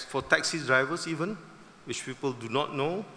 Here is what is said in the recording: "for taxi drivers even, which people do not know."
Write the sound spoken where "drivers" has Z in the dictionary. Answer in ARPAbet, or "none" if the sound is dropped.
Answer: S